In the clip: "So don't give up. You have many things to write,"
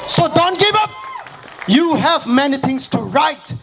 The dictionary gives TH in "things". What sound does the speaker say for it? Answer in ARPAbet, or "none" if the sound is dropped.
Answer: T